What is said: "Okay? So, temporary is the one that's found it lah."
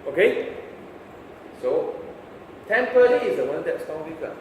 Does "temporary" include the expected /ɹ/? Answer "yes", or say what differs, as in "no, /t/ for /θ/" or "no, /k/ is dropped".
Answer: no, /l/ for /ɹ/